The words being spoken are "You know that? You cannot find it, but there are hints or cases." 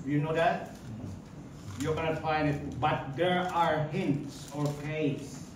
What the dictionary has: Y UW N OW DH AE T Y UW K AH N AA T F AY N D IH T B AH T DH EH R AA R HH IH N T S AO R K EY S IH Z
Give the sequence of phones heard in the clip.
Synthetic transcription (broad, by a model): Y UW N OW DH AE T Y UW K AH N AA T F AY N D IH T B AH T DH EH R AA R HH IH N T S AO R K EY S